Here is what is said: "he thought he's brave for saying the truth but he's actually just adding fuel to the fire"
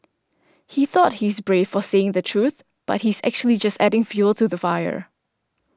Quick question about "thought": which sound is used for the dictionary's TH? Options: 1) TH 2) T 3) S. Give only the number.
1